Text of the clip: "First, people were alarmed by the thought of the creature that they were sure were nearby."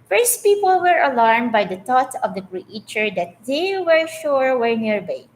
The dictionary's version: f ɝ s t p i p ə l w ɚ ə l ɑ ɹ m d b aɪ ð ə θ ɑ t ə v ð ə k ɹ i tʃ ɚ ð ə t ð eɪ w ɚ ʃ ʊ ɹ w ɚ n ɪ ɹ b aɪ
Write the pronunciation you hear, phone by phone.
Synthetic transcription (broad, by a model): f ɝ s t p i p ə l w ɚ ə l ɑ ɹ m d b aɪ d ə t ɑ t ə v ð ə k ɹ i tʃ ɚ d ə t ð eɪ w ɚ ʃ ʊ ɹ w ɚ n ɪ ɹ b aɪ